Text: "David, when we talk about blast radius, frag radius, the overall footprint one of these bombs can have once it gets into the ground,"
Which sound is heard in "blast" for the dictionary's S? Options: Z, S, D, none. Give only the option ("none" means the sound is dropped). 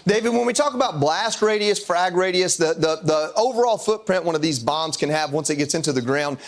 S